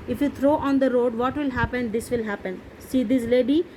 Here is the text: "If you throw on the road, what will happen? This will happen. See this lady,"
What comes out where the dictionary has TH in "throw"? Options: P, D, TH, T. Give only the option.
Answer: T